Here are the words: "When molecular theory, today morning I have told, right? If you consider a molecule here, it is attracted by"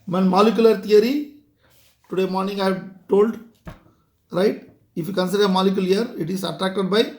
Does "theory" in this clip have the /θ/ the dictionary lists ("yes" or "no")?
no